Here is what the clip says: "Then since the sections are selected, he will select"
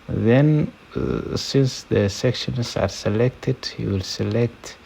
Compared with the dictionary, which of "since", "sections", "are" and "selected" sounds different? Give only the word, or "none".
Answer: sections